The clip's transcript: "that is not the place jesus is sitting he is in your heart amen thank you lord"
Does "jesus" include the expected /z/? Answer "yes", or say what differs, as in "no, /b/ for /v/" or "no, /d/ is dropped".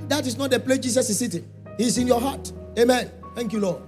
no, /s/ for /z/